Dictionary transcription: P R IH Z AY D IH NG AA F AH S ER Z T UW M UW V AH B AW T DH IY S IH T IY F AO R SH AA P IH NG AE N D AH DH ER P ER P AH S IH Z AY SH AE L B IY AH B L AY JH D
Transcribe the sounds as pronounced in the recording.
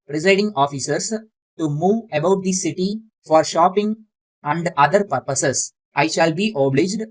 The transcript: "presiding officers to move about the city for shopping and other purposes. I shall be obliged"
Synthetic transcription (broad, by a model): P R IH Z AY D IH NG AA F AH S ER S T UW M UW V AH B AW T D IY S IH T IY F AO R SH AA P IH NG AE N D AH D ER P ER P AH S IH S AY SH AE L B IY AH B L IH JH D